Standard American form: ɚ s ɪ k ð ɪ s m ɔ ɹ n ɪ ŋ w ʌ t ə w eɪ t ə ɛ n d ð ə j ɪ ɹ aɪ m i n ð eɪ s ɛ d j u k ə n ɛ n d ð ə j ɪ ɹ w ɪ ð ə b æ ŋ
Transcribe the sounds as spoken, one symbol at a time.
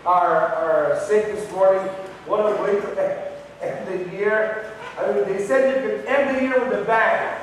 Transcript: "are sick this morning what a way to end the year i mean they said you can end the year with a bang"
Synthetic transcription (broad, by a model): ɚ s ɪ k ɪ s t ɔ ɹ ɪ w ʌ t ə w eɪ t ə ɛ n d ð ə j ɪ ɹ aɪ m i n ð eɪ s ɛ d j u k ə n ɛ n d ð ə j ɪ ɹ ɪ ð ə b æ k